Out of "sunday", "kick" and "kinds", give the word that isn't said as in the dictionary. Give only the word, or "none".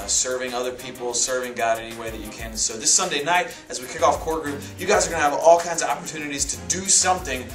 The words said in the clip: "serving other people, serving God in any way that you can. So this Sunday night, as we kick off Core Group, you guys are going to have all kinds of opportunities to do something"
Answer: none